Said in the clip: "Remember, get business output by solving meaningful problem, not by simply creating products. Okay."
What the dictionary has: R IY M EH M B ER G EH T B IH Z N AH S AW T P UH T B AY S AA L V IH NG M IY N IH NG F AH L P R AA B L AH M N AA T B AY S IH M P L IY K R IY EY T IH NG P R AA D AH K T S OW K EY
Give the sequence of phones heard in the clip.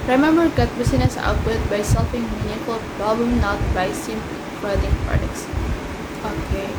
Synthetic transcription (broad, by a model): R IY M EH M B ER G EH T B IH S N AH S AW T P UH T B AY S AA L F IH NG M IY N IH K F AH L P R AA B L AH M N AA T B AY S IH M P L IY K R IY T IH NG P R AA D AH K T S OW K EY